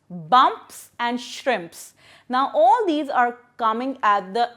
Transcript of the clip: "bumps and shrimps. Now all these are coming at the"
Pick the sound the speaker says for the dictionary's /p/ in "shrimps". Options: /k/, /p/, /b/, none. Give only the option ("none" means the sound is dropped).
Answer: /p/